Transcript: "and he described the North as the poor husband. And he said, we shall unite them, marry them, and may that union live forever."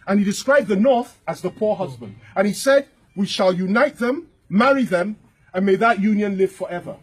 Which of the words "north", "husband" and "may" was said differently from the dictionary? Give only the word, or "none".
none